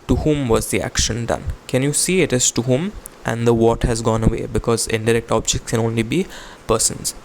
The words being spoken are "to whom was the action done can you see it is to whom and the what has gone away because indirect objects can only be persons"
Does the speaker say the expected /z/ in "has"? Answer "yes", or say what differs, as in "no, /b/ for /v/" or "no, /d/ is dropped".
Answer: yes